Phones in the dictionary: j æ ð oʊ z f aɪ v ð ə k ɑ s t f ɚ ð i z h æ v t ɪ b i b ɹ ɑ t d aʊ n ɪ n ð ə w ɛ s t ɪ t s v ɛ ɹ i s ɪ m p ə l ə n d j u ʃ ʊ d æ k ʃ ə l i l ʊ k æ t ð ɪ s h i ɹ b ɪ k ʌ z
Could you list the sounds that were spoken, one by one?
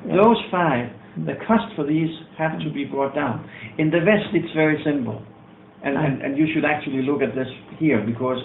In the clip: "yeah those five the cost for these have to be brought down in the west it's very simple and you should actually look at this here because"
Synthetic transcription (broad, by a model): ð oʊ z f aɪ v ð ə k ɑ s t f ɚ ð i z h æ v t ɪ b i b ɹ ɑ t d aʊ n ɪ n ð ə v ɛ s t ɪ t s v ɛ ɹ i s ɪ m p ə n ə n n j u ʃ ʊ d æ k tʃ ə l i l ʊ k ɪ t ð ɪ s h i ɹ b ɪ k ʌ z